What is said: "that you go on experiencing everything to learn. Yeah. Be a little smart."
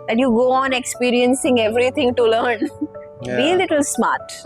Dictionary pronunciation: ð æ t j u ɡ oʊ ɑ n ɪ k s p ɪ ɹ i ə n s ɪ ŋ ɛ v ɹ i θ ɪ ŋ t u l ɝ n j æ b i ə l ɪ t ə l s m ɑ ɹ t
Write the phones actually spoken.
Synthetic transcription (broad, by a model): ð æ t j u ɡ oʊ ɑ n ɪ k s p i ɹ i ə n s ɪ ŋ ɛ v ɹ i t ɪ ŋ t u l ɝ n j b i ə l ɪ t ə l s m ɑ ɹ t